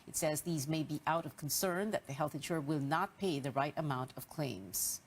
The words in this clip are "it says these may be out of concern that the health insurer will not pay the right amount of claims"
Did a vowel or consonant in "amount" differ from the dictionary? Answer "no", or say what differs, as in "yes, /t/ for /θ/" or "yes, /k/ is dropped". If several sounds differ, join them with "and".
no